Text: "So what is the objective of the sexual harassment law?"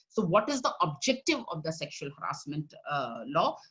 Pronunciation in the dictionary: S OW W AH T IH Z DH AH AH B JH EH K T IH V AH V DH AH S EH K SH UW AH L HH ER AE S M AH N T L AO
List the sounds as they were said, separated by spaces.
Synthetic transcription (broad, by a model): S OW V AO T IH Z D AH AH B JH EH K T IH V AH V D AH S EH K SH UW AH L HH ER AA S M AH N T L AO